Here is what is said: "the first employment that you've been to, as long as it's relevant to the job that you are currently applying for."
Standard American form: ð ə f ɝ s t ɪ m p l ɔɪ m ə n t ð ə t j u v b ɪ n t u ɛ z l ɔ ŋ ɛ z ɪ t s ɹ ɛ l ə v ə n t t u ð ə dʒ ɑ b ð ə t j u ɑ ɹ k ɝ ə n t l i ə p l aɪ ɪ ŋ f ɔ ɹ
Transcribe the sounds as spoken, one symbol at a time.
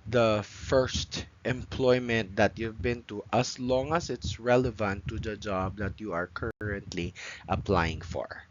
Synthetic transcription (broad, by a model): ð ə f ɝ s t ɪ m p l ɔɪ m ə n t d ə t j u v b ɪ n t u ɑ s l ɔ ŋ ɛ s ɪ t s ɹ ɛ l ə v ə n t t u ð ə dʒ ɑ b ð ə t j u ɑ ɹ k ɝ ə n t l i ə p l aɪ ɪ ŋ f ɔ ɹ